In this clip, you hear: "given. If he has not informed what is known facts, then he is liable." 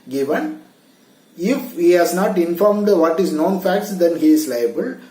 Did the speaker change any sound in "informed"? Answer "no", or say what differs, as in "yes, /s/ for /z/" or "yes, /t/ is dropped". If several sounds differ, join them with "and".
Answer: no